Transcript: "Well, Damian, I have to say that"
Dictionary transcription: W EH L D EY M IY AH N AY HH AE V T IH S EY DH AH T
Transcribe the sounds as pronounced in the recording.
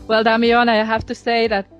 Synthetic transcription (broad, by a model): W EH L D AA M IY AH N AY HH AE F T IH S EY DH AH T